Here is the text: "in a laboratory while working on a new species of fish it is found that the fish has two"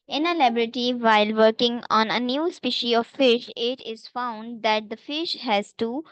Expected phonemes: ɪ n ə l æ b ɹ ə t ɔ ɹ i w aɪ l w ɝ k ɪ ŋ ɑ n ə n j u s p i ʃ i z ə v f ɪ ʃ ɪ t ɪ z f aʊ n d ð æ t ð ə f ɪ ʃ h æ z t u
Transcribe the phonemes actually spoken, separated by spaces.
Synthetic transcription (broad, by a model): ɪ n ə l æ b ɹ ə t i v aɪ l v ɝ k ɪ ŋ ɑ n ə n j u s p i ʃ i ə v f ɪ ʃ ɪ t ɪ z f aʊ n d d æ t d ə f ɪ ʃ h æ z t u